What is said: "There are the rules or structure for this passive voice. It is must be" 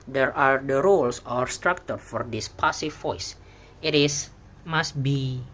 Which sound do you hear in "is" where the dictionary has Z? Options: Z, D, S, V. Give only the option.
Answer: S